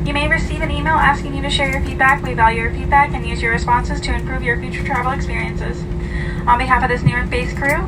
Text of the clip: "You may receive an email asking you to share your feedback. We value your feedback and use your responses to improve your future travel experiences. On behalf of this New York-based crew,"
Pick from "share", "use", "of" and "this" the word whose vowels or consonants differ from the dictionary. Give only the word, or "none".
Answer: none